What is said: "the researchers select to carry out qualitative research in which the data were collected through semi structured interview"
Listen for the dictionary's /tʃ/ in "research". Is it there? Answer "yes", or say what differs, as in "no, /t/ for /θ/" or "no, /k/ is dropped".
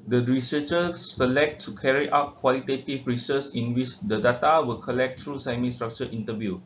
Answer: no, /s/ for /tʃ/